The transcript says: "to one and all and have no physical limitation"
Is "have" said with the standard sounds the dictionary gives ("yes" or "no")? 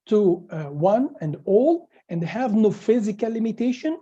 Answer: yes